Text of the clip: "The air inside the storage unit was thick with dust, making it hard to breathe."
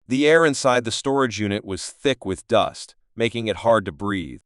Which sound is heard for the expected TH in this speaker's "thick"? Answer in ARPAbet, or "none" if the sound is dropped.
TH